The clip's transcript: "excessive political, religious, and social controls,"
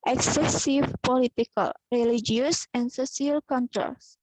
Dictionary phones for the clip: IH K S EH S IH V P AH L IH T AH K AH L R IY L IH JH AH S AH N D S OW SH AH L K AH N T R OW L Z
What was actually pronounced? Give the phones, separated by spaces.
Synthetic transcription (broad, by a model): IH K S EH S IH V P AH L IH T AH K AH L R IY L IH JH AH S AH N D S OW S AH L K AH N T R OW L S